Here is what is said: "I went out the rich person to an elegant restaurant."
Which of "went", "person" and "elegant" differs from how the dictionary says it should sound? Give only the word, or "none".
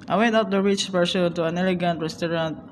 person